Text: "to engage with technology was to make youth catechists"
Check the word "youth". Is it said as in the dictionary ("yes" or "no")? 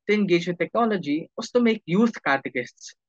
no